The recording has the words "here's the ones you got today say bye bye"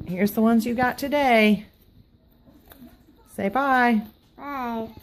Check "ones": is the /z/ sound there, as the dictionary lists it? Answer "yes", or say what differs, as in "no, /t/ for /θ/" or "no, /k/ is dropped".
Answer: yes